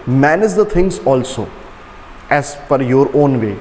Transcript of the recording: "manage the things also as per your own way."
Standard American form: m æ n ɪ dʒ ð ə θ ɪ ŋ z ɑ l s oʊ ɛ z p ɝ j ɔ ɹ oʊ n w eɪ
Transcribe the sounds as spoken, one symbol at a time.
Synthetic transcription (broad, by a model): m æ n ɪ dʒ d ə t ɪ ŋ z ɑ l s oʊ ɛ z f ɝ j ɔ ɹ oʊ n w eɪ